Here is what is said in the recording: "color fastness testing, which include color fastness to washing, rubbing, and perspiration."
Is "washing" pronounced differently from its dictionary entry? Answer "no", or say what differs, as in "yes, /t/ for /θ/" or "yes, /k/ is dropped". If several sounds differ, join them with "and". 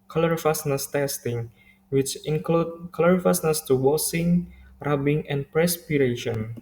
yes, /s/ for /ʃ/